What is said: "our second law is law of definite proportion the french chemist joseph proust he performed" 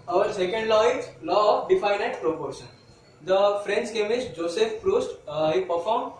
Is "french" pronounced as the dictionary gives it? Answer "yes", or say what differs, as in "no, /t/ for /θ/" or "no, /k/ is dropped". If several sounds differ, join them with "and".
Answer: no, /s/ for /tʃ/